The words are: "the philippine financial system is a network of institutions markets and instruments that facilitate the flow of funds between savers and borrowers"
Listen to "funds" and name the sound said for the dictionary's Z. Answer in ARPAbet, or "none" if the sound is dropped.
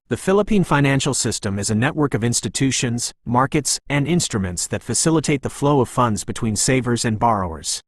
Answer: Z